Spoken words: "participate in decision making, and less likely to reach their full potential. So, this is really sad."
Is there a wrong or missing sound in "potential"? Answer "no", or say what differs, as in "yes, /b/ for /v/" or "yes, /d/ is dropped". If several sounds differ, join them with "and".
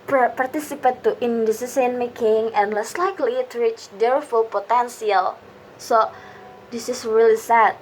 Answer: yes, /s/ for /ʃ/